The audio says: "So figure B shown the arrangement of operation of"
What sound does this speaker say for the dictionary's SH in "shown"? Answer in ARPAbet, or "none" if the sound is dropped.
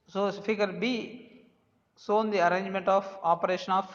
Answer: S